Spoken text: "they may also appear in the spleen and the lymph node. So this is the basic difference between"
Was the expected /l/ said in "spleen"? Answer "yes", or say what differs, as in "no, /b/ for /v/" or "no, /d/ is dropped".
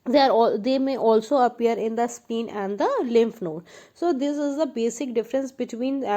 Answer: no, /l/ is dropped